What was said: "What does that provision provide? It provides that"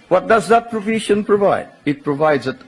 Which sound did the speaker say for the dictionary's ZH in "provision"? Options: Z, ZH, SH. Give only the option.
SH